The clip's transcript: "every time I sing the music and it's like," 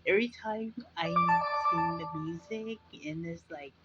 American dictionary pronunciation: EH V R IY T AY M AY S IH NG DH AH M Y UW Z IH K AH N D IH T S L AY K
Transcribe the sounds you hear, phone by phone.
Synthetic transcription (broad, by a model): EH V R IY T AY M AY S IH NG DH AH M Y UW Z IH K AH N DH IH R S L AY K